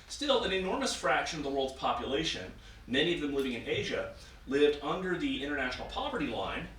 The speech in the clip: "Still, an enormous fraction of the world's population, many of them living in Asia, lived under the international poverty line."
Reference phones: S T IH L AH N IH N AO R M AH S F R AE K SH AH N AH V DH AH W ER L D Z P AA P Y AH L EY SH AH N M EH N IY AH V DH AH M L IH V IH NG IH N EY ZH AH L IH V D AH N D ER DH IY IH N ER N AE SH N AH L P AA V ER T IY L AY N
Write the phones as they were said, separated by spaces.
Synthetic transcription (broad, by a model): S T IH L AH N IH N AO R M AH S F R AE K SH AH N AH V DH AH W ER L D Z P AA P Y AH L EY SH AH N M EH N IY AH V DH AH M L IH V IH NG IH N EY ZH AH L IH V D AH N D ER DH IY IH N ER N AE SH N L P AA V ER T IY L AY N